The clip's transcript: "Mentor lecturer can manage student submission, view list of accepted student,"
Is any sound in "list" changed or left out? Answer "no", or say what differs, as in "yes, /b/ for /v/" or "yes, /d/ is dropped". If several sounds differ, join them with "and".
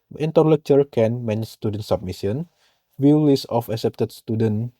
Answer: yes, /t/ is dropped